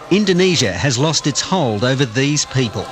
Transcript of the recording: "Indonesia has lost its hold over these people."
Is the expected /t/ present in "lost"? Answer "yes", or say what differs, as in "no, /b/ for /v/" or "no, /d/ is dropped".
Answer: yes